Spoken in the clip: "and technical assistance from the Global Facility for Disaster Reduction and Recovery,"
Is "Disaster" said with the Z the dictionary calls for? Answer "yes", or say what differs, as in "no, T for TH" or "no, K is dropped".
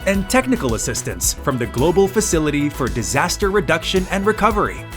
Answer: yes